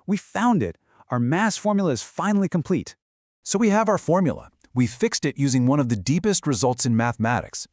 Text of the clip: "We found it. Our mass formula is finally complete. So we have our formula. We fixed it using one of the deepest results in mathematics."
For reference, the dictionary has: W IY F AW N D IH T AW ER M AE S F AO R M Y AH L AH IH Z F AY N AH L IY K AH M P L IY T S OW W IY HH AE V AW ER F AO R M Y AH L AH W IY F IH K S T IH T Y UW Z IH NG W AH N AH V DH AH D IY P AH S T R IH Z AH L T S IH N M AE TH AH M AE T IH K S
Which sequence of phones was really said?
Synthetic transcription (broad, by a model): W IY F AW N D IH T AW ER M AE S F AO R M Y L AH IH Z F AY N L IY K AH M P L IY T S OW W IY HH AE V AW ER F AO R M Y L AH W IY F IH K S T IH T Y UW Z IH NG W AH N AH V DH AH D IY P AH S T R IH Z AH L T S IH N M AE TH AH M AE T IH K S